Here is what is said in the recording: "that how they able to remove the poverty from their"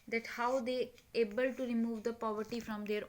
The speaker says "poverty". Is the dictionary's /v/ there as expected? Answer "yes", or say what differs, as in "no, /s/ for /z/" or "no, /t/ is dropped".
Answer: yes